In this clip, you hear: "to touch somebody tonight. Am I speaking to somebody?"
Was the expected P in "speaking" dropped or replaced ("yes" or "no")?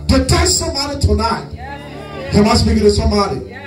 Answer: yes